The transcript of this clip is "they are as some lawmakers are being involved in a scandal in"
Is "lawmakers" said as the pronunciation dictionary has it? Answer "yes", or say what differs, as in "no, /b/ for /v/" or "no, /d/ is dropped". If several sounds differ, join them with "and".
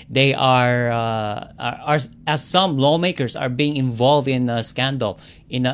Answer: no, /s/ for /z/